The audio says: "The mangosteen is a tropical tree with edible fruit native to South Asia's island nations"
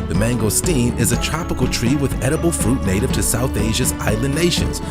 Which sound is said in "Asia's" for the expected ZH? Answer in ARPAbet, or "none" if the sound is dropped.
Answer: ZH